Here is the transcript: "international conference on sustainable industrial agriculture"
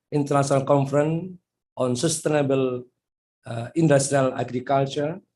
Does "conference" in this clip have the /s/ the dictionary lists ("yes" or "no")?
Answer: no